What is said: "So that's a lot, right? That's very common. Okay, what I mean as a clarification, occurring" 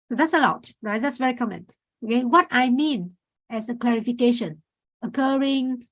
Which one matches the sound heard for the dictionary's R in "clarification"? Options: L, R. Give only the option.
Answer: R